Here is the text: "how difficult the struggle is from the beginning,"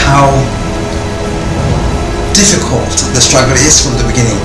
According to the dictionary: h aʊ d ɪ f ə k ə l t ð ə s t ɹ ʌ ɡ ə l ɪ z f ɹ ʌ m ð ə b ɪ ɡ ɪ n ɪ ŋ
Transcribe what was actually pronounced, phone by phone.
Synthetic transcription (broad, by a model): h aʊ d ɪ f ə k ə l t ð ə s t ɹ ʌ ɡ ə l ɪ z f ɹ ʌ m ð ə b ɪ ɡ ɪ n ɪ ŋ